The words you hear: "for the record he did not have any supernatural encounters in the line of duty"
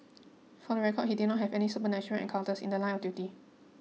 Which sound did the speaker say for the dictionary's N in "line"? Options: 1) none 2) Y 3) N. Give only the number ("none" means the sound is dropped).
1